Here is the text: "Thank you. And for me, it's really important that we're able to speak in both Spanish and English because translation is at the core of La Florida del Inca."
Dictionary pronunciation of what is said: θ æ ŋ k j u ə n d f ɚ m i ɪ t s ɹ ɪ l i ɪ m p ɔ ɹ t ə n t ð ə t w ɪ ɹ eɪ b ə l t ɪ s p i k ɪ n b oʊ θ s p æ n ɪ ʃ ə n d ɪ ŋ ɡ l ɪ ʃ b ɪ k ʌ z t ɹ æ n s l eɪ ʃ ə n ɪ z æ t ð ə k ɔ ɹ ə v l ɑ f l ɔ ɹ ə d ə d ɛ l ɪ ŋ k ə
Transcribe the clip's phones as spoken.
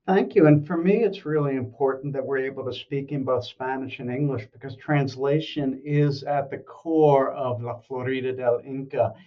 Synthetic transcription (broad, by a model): θ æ ŋ k j u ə n f ɚ m i ɪ t s ɹ ɪ l i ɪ m p ɔ ɹ t n ð ə t w ɪ ɹ eɪ b l t ɪ s p i k ɪ n b oʊ θ s p æ n ɪ ʃ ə n ɪ ŋ ɡ l ɪ ʃ b ɪ k ʌ z t ɹ æ n s l eɪ ʃ ə n ɪ z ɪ t ð ə k ɔ ɹ ə v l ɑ f l ɔ ɹ ə d ə d ɛ l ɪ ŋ k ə